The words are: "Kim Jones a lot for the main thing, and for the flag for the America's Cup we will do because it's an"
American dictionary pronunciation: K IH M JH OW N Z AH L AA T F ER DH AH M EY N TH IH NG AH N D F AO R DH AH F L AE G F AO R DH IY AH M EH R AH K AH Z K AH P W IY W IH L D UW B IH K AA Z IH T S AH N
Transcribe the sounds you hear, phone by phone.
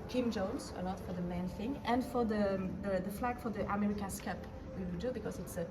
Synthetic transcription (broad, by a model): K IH M JH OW N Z AH N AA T F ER DH AH M EY N TH IH NG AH N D F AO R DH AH F L AE G F AO R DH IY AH M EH R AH K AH S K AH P W IY W IH L D UW B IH K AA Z IH T S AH